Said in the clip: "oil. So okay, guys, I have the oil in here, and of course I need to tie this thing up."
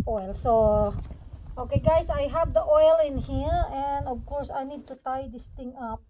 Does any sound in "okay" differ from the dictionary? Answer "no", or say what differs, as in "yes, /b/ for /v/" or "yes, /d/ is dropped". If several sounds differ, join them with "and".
no